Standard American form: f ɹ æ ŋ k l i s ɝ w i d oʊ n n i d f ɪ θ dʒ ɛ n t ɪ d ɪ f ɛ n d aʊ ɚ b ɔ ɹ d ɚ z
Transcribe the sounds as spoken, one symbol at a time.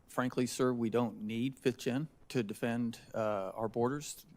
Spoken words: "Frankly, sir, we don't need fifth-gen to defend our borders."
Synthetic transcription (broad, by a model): f ɹ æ ŋ k l i s ɝ w i d oʊ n n i d f ɪ θ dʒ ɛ n t ɪ d ɪ f ɛ n d aʊ ɚ b ɔ ɹ d ɚ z